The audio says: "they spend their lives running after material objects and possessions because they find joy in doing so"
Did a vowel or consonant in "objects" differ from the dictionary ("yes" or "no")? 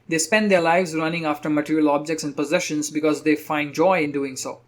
no